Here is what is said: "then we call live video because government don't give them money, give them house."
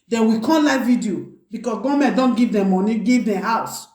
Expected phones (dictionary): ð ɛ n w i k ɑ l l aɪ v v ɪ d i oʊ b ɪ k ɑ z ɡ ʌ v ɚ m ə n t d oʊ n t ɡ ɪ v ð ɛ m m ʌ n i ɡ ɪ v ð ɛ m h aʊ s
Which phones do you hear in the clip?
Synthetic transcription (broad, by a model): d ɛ n w i k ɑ n l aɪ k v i d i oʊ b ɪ k ɑ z ɡ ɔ m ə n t d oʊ n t ɡ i v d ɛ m m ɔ n i ɡ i v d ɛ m h aʊ s